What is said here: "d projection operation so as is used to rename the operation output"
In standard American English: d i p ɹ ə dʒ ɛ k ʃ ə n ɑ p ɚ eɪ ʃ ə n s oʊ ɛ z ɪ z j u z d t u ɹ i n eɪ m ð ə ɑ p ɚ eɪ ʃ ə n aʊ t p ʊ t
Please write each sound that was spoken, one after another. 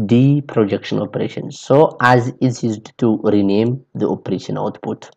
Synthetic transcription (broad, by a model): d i p ɹ ə dʒ ɛ k ʃ ə n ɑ p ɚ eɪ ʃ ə n s oʊ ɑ z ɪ s j u z d t u ɹ i n eɪ m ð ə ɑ p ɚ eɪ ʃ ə n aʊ t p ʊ t